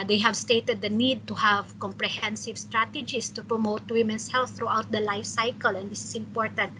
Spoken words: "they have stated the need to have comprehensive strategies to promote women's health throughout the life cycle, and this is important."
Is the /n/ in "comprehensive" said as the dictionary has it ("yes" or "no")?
yes